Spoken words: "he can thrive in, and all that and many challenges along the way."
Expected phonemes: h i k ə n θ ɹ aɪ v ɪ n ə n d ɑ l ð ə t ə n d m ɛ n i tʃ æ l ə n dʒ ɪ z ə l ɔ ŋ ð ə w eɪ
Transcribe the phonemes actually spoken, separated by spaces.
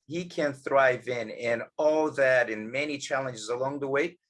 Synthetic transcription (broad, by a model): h i k ə n θ ɹ aɪ v ɪ n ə n ɑ l ð ə t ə n m ɛ n i tʃ æ l ə n dʒ ɪ z ə l ɔ ŋ ð ə w eɪ